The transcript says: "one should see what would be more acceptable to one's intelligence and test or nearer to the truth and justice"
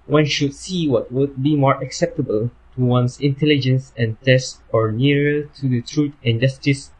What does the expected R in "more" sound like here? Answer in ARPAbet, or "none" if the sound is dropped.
R